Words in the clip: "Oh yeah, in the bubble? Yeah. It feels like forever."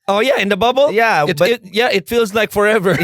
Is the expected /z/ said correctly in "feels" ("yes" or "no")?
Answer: yes